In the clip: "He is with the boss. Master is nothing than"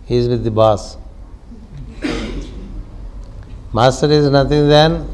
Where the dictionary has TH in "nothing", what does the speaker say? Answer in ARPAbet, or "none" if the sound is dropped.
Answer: T